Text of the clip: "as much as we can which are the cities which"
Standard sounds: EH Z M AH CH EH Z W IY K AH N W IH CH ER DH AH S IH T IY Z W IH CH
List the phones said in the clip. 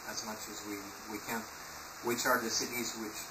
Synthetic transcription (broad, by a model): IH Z M AH CH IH Z W IY K AH N W IH CH ER DH AH S IH T IY Z W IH CH